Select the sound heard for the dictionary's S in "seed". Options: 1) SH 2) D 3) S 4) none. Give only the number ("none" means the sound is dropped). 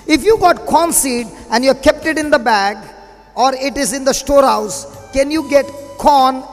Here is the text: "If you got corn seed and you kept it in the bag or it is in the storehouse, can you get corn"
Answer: 3